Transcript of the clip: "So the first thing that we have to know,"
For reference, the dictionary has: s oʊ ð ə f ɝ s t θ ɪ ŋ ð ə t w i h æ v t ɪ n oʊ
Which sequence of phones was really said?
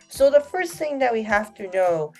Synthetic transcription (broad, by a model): s oʊ ð ə f ɝ s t θ ɪ ŋ ð ə t w i h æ f t ɪ n oʊ